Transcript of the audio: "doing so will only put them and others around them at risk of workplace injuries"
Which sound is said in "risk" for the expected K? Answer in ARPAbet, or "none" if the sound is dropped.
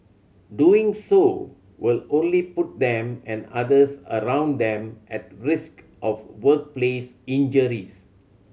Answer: K